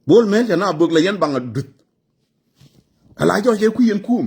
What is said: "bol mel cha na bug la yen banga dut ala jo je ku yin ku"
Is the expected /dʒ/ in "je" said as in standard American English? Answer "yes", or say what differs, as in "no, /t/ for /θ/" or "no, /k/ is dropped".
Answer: no, /tʃ/ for /dʒ/